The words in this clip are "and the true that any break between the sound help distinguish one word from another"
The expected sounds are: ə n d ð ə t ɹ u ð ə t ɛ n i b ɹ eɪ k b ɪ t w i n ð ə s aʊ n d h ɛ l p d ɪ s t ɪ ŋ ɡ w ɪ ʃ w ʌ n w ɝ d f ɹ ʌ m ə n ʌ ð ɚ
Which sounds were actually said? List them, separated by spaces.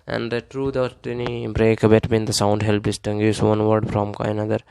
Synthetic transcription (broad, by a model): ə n d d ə t ɹ u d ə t ɛ n i b ɹ eɪ k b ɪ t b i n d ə s aʊ n d h ɛ l p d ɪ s t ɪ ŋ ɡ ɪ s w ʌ n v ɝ d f ɹ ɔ m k n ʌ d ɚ